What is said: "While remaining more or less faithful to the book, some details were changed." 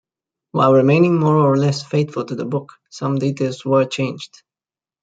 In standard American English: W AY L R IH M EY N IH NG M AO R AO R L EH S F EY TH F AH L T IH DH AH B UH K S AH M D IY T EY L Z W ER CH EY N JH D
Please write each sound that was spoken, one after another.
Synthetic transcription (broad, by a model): W AY L R IH M EY N IH NG M AO R AO R L EH S F EY T F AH L T IH DH AH B UH K S AH M D IY T EY L Z W ER CH EY N JH D